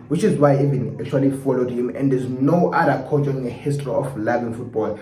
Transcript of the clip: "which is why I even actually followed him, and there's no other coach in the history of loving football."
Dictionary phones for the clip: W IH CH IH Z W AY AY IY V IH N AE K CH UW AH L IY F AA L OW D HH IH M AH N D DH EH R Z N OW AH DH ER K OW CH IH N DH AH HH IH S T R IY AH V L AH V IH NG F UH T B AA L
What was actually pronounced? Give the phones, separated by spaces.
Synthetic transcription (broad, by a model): W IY CH IH Z W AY AY IY V IH N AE K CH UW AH L IY F AA L OW D HH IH M AH N D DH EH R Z N OW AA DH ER K OW CH IH N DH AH HH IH S T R IY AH F L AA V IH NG F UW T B AA L